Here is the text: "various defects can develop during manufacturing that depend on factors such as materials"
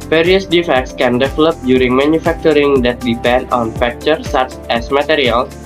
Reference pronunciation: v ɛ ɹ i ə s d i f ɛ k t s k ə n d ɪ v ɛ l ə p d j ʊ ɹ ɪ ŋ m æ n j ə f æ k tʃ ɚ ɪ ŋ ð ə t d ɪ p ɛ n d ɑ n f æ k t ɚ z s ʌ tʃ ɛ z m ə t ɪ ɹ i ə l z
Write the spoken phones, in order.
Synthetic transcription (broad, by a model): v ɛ ɹ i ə s d i f ɛ k t s k ə n d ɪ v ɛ l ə p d j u ɹ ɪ ŋ m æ n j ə f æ k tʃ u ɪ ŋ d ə t d ɪ p ɛ n d ɑ n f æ k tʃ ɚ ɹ s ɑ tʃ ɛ s m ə t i ɹ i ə l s